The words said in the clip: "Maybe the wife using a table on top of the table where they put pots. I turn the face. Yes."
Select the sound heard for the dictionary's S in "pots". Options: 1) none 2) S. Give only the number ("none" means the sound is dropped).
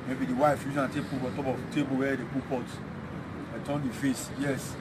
1